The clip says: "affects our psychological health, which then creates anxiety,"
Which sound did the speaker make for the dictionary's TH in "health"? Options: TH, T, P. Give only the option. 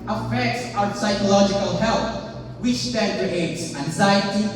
T